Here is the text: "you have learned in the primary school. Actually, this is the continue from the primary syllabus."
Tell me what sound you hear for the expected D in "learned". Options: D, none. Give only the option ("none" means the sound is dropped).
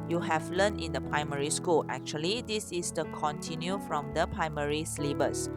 none